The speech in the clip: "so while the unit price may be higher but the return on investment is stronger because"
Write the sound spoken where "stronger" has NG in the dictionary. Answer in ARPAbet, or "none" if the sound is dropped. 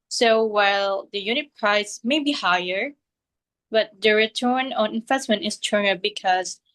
none